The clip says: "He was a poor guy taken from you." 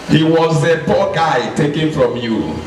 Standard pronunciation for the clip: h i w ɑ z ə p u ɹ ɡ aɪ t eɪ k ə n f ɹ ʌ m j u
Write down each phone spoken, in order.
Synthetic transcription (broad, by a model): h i w ɑ z ə b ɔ ɡ aɪ t eɪ k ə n f ɹ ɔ m j u